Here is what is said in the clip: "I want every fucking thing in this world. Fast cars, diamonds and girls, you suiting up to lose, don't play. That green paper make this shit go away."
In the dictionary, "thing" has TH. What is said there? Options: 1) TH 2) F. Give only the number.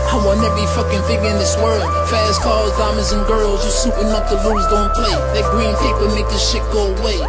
2